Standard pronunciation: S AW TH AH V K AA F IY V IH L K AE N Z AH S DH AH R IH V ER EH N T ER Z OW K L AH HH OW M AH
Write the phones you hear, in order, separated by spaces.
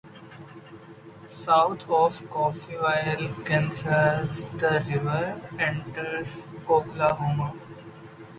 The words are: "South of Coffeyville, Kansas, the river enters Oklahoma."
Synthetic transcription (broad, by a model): S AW T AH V K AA F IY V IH L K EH N S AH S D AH R IH V ER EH N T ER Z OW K L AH HH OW M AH